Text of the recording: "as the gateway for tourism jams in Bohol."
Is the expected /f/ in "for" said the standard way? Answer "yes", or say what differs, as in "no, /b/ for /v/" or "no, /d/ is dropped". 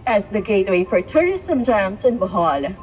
yes